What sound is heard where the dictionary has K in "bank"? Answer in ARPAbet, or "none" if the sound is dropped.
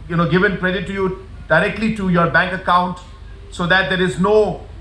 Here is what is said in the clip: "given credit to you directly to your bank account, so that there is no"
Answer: K